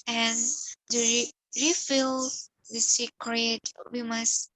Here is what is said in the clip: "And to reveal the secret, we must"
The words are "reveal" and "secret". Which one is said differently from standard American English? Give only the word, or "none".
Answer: reveal